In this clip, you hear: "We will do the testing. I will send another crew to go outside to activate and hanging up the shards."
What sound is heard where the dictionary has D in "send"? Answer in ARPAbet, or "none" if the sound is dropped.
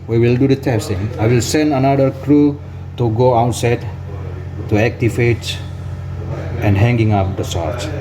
D